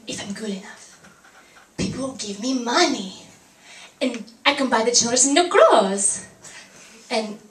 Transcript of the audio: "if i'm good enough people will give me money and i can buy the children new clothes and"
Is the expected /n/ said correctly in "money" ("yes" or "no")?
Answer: yes